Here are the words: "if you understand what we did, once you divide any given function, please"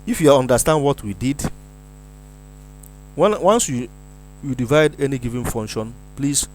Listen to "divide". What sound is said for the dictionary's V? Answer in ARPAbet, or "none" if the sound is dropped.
V